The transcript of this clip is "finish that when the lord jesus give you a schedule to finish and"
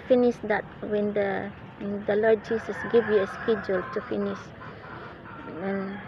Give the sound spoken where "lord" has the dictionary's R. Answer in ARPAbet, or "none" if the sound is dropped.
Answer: L